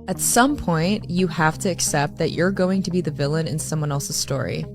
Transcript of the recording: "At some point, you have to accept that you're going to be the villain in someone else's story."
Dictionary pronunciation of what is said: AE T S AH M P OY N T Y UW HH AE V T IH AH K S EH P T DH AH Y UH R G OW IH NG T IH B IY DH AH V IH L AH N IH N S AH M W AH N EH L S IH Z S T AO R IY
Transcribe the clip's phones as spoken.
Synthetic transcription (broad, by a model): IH T S AH M P OY N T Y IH HH AE F T IH K S EH P T DH AH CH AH R G OW IH NG T IH B IY DH AH V IH L AH N IH N S AH M W AH N EH L S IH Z S T AO R IY